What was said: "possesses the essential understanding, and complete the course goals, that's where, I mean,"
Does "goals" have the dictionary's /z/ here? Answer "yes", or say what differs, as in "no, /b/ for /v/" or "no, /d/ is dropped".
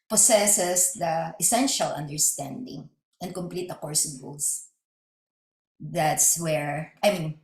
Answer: no, /s/ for /z/